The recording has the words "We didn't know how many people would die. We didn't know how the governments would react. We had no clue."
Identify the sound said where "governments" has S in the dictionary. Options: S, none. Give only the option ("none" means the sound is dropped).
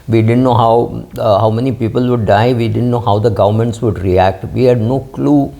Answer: S